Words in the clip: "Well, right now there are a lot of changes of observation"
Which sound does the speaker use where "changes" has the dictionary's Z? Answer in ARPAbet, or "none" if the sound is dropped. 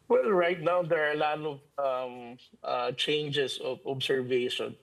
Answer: S